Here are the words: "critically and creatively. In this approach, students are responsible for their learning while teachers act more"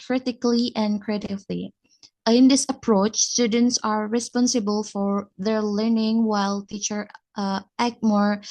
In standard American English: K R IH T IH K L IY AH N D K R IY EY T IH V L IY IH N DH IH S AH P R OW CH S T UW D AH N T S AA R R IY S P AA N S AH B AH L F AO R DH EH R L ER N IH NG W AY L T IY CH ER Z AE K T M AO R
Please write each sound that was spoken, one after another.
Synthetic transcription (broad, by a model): K R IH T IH K L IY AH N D K R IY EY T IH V L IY IH N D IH S AH P R OW CH S T UW D AH N T S AA R R IY S P AA N S AH B AH L F AO R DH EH R L ER N IH NG W AY L T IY CH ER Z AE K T M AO R